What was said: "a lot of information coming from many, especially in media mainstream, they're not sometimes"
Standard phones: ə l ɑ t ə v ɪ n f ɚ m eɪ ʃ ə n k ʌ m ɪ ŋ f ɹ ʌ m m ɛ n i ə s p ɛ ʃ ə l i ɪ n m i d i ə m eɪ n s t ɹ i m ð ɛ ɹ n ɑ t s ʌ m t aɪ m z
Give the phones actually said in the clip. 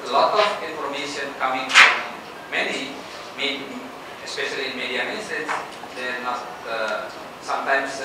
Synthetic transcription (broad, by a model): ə l ɑ t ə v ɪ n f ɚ m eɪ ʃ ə n k ʌ m ɪ ŋ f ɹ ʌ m m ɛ n i ə s p ɛ ʃ ə l i ɪ n m i d i ə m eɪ s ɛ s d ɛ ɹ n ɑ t s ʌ m t aɪ m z